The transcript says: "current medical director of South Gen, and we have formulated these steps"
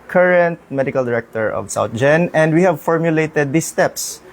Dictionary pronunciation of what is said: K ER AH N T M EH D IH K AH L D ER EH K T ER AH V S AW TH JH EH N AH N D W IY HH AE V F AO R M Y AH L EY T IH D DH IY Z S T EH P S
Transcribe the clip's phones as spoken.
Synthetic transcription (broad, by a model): K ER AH N T M EH D IH K AH L D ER EH K T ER AH V S AW T JH EH N AH N D W IY HH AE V F AO R M Y AH L EY T IH D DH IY S T EH P S